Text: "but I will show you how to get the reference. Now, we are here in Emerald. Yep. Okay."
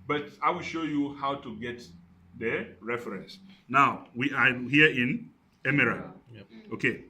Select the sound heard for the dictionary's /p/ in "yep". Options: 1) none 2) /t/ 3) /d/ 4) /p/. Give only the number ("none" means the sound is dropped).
1